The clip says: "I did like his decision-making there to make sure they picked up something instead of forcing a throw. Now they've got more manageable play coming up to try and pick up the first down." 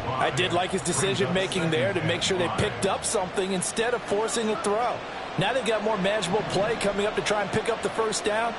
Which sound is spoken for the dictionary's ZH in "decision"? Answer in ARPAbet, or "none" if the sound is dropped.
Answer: ZH